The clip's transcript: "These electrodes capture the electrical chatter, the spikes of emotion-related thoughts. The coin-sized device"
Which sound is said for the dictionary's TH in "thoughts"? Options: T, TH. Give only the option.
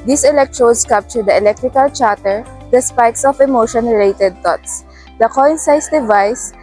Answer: T